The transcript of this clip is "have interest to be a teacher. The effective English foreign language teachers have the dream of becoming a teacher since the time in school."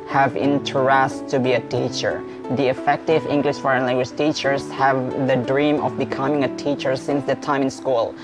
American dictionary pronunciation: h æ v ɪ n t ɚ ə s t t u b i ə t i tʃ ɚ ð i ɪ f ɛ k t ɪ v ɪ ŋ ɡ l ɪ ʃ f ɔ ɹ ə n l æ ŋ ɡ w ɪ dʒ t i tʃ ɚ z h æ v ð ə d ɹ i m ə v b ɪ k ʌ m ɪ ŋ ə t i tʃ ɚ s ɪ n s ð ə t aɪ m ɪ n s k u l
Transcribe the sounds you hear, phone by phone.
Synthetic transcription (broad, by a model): h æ v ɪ n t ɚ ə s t t u b i ə t i tʃ ɚ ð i ɪ f ɛ k t ɪ v ɪ ŋ ɡ l ɪ ʃ f ɔ ɹ ə n l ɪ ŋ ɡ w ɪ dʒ t i tʃ ɚ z h æ v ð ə d ɹ i m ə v b ɪ k ʌ m ɪ ŋ ə t i tʃ ɚ s ɪ n s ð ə t aɪ m ɪ n s k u l